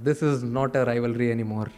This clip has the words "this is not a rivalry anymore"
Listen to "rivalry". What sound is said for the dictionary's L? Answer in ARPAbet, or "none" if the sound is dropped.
L